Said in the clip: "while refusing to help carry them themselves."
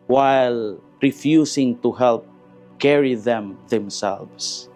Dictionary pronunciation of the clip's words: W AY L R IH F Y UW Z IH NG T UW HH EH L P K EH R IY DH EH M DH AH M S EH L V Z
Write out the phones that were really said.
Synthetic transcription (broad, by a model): W AY L R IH F Y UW S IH NG T UW HH EH L P K EH R IY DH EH M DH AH M S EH L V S